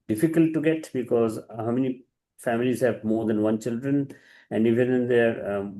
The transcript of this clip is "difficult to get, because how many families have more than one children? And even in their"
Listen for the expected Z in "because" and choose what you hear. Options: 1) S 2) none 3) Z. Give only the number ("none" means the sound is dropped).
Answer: 3